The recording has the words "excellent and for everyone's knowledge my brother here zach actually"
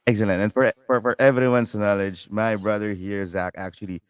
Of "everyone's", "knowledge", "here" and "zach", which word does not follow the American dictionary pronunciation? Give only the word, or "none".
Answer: everyone's